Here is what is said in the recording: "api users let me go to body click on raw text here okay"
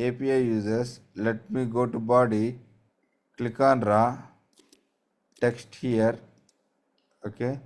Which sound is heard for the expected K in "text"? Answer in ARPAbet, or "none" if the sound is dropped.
K